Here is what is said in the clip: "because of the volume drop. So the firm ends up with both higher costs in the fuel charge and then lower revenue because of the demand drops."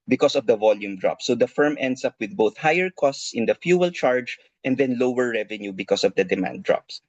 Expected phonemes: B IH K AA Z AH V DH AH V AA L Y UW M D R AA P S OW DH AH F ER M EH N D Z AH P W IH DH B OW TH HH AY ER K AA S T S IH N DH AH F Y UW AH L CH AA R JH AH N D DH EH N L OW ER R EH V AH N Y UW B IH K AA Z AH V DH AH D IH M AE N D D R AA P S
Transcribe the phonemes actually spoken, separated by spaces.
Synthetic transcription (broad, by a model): B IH K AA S AH V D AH V AA L Y UW M D R AA P S OW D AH F ER M EH N D S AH P W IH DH B OW TH HH AY ER K AA S T S IH N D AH F Y UW AH L CH AA R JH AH N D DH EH N L OW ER R EH V AH N Y UW B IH K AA S AH V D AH D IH M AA N D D R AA P S